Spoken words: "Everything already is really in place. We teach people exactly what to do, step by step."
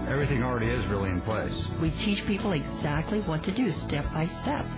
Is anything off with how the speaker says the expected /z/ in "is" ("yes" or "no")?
no